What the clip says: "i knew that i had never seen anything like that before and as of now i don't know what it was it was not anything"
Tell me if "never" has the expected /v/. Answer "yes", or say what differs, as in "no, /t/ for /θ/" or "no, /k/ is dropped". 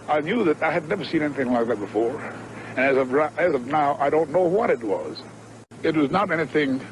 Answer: yes